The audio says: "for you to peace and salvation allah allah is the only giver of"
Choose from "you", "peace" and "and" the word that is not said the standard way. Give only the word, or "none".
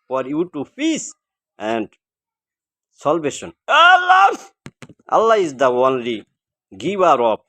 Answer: peace